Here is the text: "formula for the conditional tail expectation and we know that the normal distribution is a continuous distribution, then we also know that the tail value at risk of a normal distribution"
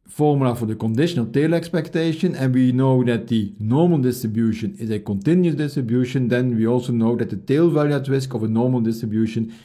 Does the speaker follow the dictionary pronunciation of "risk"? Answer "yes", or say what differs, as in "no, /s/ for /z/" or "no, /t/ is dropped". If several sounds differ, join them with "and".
yes